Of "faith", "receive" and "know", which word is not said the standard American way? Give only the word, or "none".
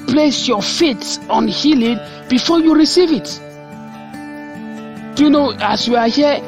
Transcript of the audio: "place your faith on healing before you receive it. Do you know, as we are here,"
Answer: faith